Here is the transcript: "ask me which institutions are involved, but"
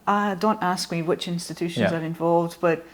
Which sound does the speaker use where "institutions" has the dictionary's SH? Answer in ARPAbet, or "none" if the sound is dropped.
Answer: SH